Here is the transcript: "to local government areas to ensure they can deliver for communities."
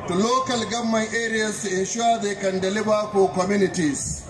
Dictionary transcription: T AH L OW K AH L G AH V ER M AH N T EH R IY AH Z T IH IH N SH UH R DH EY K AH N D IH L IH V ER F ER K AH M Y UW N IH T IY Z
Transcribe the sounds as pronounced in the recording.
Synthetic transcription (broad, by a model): T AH L OW K AH L G AH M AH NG T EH R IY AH S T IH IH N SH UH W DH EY K AH N D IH L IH B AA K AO K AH M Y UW N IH T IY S